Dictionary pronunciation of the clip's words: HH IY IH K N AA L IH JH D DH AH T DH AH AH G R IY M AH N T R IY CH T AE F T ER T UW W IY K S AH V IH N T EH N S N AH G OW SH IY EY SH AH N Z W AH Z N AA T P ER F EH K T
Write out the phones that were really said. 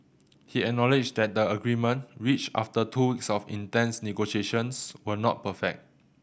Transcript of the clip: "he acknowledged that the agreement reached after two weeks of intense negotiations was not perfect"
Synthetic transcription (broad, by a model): HH IY IH K N AA L IH JH D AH T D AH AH G R IY M AH N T R IY CH AA F T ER T UW W IY K S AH F IH N T EH N S N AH G OW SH IY EY SH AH N S W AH N AA T P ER F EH K T